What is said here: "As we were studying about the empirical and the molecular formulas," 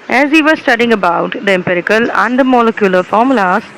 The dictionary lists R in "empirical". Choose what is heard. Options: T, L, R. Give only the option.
R